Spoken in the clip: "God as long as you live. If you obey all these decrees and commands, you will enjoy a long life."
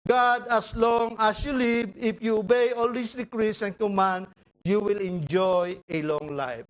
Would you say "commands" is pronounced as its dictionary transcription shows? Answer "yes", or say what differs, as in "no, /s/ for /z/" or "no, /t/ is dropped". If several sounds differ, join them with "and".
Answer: no, /z/ is dropped